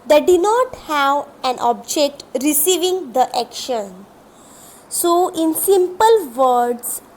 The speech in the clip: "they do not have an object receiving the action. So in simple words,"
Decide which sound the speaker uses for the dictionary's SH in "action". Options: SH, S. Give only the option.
SH